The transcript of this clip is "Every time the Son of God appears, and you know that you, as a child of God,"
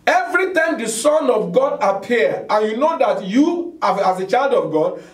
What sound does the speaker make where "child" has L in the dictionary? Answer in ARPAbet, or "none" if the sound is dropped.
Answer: L